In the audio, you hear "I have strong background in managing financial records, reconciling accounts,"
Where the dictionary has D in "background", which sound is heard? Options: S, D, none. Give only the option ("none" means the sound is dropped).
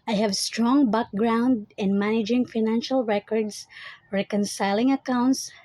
D